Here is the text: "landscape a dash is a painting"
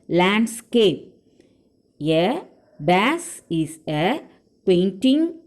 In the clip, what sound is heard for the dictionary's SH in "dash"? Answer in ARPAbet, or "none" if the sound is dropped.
S